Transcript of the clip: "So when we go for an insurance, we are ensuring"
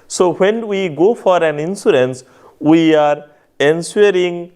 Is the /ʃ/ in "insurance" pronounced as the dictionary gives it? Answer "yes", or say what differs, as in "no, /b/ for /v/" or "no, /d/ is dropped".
no, /s/ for /ʃ/